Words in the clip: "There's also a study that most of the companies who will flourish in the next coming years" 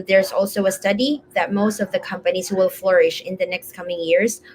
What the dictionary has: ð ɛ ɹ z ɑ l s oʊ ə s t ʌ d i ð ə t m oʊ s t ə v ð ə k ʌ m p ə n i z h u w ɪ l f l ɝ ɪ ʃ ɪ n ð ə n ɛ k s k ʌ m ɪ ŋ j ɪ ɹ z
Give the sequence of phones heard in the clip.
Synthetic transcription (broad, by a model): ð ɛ ɹ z ɑ l s oʊ ə s t ʌ d i ð ə t m oʊ s t ə v ð ə k ʌ m p ə n i z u w ɪ l f l ɝ ɪ ʃ ɪ n ð ə n ɛ k s k ʌ m ɪ ŋ j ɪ ɹ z